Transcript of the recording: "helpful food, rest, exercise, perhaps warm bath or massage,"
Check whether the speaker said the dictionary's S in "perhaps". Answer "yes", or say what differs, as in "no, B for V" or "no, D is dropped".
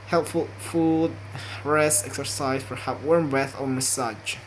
no, S is dropped